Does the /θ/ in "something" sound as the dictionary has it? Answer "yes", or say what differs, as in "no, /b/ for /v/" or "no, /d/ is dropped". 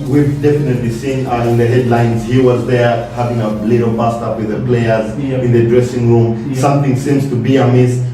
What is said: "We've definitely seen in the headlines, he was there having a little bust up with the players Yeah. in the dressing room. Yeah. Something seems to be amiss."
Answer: no, /t/ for /θ/